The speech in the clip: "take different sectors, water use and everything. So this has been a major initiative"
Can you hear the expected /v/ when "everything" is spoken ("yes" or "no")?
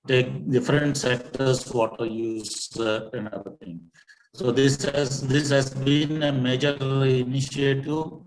no